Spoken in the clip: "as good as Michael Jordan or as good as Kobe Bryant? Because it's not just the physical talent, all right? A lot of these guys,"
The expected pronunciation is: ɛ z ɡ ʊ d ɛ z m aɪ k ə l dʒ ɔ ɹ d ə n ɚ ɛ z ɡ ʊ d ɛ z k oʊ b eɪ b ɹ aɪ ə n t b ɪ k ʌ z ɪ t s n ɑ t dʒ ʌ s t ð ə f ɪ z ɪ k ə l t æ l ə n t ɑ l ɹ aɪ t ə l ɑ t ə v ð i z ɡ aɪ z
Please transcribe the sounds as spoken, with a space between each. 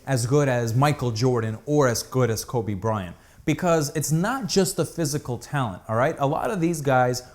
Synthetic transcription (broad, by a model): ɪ z ɡ ʊ d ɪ z m aɪ k l dʒ ɔ ɹ d n ɚ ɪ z ɡ ʊ d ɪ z k oʊ b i b ɹ aɪ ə n b ɪ k ʌ z ɪ t s n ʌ t dʒ ʌ s t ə f ɪ z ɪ k l t æ l ə n t ɑ l ɹ aɪ t ə l ɑ t ə v ð i z ɡ aɪ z